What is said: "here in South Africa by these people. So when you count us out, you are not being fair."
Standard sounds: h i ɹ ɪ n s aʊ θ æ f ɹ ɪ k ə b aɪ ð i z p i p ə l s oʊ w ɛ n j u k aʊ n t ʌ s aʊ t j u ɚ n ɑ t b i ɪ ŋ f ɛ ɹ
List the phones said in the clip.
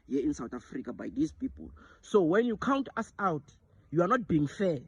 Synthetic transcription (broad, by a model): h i ɪ n s aʊ t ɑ f ɹ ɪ k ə b aɪ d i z p i p ə l s oʊ w ɛ n j u k aʊ n t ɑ s aʊ t j u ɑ n ɑ t b i ɪ ŋ f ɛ